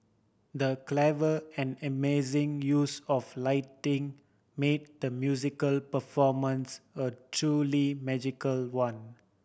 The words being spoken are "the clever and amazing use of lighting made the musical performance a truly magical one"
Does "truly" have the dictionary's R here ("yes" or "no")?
yes